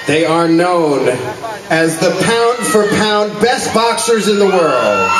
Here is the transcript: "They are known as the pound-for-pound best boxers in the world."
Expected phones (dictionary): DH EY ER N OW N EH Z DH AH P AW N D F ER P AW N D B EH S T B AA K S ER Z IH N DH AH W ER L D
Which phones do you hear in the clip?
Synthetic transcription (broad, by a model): DH EY ER N OW N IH Z DH AH P AW N D F ER P AW N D B EH S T B AA K S ER Z IH N DH AH W ER L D